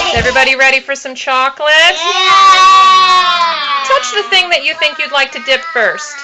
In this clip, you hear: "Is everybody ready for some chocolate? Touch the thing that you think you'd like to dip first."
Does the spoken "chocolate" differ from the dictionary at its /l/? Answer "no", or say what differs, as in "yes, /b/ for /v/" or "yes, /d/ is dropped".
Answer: no